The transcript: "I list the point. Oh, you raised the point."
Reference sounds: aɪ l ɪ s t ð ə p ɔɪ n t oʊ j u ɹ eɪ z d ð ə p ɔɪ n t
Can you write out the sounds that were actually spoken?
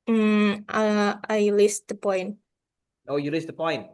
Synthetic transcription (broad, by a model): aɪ l ɪ s t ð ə p ɔɪ n t oʊ j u l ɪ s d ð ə p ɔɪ n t